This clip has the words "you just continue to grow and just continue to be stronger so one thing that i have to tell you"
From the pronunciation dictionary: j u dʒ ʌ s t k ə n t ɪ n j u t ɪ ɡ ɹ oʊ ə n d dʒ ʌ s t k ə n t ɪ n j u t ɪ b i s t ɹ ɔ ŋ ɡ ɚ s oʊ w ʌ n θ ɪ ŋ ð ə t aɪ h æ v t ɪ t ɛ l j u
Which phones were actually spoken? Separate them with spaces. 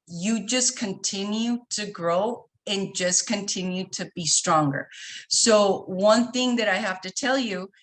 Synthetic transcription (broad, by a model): j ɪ dʒ ʌ s k ə n t ɪ n j u t ɪ ɡ ɹ oʊ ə n dʒ ʌ s k ə n t ɪ n j u t ɪ b i s t ɹ ɔ ŋ ɡ ɚ s oʊ w ʌ n θ ɪ ŋ ð ə t aɪ h æ f t ɪ t ɛ l j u